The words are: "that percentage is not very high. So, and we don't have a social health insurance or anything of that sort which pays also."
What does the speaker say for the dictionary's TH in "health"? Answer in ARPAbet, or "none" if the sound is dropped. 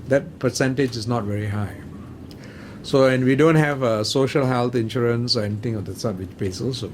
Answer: T